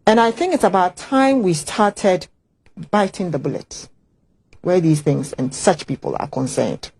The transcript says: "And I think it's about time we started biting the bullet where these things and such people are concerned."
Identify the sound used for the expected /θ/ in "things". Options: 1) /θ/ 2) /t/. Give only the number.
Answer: 1